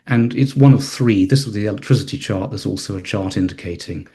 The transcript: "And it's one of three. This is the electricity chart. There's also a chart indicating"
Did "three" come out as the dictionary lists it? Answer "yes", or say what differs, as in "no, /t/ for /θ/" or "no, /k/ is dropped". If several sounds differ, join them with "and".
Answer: yes